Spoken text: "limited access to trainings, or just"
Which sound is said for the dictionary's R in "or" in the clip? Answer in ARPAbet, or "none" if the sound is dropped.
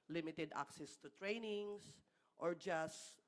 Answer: R